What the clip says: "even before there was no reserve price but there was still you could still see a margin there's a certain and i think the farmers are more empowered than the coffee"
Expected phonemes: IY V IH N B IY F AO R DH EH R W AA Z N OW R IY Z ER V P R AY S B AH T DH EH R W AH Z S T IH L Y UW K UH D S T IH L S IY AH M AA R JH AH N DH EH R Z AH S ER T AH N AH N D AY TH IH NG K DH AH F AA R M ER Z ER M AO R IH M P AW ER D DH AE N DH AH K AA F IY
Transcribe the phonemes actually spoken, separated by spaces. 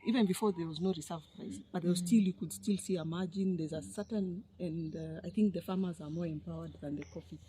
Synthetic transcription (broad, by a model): IY V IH N B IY F AO R DH EH R W AA Z N OW R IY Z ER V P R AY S B AH T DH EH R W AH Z S T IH L Y UW K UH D S T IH L S IY AH M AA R JH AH N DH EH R Z AH S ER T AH N AH N D AY TH IH NG K DH AH F AA R M ER Z ER M AO R IH M P AW ER D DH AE N DH AH K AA F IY